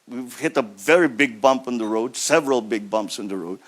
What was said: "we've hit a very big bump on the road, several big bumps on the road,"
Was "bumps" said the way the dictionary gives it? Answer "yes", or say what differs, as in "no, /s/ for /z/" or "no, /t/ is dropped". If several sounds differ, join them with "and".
yes